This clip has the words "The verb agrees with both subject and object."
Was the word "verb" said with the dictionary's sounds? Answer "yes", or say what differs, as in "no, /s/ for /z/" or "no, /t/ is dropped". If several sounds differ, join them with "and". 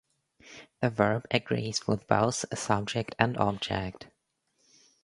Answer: yes